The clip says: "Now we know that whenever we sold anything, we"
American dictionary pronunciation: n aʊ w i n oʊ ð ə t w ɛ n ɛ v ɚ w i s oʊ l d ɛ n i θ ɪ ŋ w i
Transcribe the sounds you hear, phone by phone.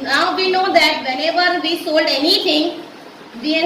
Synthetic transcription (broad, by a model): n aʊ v i n oʊ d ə t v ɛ n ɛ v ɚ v i s oʊ l d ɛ n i t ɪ ŋ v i